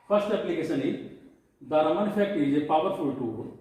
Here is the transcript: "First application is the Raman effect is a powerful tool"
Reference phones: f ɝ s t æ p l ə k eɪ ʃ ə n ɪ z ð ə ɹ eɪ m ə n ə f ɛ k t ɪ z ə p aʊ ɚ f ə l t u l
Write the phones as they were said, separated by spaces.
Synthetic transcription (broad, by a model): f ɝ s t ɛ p l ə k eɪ s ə n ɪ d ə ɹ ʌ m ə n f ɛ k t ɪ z ə p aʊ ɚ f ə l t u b